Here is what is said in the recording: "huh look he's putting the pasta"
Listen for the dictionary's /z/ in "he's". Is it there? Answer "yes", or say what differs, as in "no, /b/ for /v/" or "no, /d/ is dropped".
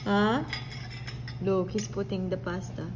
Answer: no, /s/ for /z/